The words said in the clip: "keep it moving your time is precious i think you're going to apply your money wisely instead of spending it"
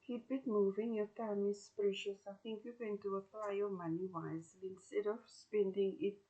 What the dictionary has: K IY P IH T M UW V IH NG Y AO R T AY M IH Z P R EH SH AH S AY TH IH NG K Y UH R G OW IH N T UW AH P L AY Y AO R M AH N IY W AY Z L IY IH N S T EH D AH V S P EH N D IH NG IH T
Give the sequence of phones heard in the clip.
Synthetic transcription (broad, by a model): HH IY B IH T M UW V IH NG Y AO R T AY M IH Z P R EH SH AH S AY TH IH NG K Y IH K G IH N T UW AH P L AY Y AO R M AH N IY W AY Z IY IH N S T EH D AH V S P EH N D IH NG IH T